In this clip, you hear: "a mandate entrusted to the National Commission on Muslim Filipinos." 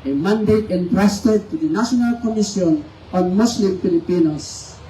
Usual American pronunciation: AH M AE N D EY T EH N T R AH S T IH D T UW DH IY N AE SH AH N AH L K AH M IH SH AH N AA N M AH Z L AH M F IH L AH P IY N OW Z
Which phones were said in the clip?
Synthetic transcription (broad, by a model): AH M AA N D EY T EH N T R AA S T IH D T UW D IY N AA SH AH N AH L K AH M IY S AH N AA N M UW S L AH M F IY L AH P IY N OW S